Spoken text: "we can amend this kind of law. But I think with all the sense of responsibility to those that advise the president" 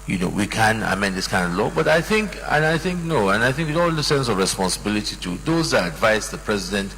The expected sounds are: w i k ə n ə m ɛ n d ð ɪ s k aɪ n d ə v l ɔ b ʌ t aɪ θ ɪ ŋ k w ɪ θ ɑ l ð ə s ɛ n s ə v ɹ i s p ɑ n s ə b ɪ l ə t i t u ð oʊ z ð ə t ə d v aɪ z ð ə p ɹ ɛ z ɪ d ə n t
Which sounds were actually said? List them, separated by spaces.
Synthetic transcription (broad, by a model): w i k ə n ə m ɛ n d ð ɪ s k aɪ n d ə v l ɔ b ʌ t aɪ θ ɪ ŋ k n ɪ θ ɑ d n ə s ɛ n s ə v ɹ i s p ɑ n s ə b ɪ l ə t i t u ð oʊ z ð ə t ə d v aɪ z ð ə p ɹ ɛ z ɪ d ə n t